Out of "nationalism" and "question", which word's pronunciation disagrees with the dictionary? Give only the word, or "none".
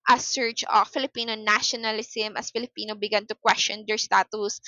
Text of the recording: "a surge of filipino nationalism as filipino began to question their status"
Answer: nationalism